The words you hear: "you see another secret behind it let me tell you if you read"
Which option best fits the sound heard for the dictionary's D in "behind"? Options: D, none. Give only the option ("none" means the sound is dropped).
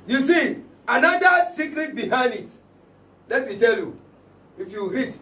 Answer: D